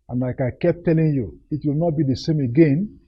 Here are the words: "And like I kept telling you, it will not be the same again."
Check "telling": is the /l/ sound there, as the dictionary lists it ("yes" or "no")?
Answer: yes